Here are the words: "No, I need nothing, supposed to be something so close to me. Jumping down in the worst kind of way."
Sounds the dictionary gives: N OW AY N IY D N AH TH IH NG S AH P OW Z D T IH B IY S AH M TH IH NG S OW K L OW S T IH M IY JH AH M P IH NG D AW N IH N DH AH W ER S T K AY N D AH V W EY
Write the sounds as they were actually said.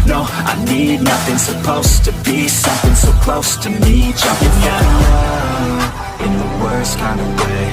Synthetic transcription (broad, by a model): N OW AY N IY D N AH TH IH NG S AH P OW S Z T IH B IY S AH M TH IH NG S OW K L OW S T IH M IY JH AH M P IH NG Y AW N IH N DH AH W ER S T K AY N D AH V W EY